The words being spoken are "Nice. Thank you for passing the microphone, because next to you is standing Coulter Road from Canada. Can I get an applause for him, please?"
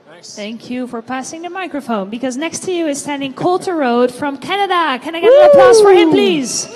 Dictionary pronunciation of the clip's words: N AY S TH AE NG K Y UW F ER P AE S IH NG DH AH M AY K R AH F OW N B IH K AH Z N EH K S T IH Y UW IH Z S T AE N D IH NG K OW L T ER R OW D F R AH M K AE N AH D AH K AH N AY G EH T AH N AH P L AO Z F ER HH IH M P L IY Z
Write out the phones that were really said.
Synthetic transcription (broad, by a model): TH AE NG K Y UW F ER P AE S IH NG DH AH M AY K R AH F OW N B IH K AH Z N EH K S T IH Y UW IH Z S T AE N D IH NG K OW L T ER R OW D F R AH M K AE N AH D AH K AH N AY G EH T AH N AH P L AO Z F ER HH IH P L IY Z